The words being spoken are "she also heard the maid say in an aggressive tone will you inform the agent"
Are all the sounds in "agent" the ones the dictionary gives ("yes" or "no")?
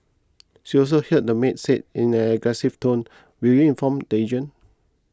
no